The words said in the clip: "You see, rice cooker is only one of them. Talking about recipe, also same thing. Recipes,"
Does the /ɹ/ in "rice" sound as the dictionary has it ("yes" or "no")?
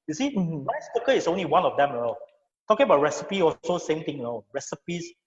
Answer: no